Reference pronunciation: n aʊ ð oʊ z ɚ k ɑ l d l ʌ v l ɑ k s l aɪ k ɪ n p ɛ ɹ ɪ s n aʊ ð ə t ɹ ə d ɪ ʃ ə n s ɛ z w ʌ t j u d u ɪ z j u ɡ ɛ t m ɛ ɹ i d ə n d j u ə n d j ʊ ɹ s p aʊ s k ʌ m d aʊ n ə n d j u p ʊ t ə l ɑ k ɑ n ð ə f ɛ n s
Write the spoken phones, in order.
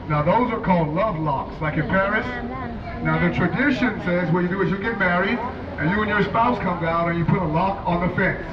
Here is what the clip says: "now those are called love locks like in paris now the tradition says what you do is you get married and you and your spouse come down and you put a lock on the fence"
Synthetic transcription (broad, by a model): n aʊ ð oʊ z ɚ k ɑ l d l ʌ v l ɑ k s l aɪ k ɪ n p ɛ ɹ ɪ s n aʊ ð ə t ɹ ə d ɪ ʃ ə n s ɛ z w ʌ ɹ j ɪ d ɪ ɪ z j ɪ ɡ ɛ t m ɛ ɹ i d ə n j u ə n j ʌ ɹ s p aʊ s k ʌ m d aʊ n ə n j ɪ p ʊ t ə l ɑ k n ð ə f ɛ n s